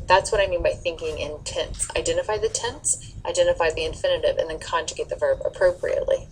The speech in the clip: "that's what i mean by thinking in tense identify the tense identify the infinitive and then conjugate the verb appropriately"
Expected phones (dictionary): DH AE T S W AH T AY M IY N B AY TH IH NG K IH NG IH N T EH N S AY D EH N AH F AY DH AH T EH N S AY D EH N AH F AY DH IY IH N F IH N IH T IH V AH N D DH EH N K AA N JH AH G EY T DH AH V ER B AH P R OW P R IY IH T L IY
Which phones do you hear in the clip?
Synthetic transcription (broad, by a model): DH AE T S W AH T AY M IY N B AY TH IH NG K IH NG IH N T EH N S AY D EH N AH F AY DH AH T EH N S AY D EH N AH F AY DH IY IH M F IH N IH T IH V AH N DH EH N K AA N JH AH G EY T DH AH V ER B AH P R OW P R IY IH T L IY